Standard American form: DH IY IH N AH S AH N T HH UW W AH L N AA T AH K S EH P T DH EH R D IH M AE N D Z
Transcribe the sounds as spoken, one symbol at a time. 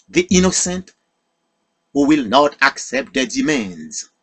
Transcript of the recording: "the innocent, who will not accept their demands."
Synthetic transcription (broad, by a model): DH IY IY N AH S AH N T HH UW W AH L N AA T AH K S EH P T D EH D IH M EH N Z